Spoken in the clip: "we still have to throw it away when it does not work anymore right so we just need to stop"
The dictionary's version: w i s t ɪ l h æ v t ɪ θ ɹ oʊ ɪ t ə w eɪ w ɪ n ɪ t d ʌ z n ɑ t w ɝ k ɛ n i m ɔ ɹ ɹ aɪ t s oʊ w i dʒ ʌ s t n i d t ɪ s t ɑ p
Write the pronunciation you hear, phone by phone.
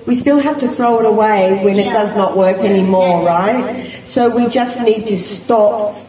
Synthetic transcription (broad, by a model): w i s t ɪ l h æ f t ɪ θ ɹ oʊ ɪ t ə w eɪ w ɪ n ɪ t d ʌ z n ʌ t w ɝ k ɛ n i m ɔ ɹ ɹ aɪ t s oʊ w i dʒ ʌ s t n i d t ɪ s t ɑ p